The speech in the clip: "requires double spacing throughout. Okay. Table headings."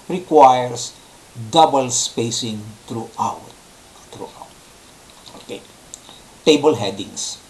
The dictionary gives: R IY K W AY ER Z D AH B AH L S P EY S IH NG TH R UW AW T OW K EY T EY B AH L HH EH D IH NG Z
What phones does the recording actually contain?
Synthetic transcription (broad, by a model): R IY K W AY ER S D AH B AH L S P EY S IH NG T R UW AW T OW K EY T EY B AH L HH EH D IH NG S